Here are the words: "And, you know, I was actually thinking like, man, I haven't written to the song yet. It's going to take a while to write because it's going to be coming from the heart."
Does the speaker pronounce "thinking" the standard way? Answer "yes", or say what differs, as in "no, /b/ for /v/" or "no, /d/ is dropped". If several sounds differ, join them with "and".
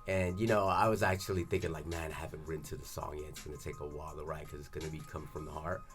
yes